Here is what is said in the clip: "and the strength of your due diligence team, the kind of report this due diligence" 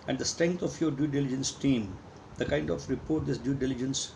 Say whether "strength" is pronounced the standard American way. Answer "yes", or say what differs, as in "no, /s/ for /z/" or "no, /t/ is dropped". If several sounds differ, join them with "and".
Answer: no, /t/ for /θ/